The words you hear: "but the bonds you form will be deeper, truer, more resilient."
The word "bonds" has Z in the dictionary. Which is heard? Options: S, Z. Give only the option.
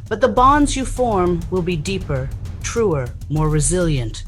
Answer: Z